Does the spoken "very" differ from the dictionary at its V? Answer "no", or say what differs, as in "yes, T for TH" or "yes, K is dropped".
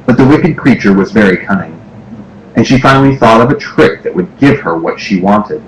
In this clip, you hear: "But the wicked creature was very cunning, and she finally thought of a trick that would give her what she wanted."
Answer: no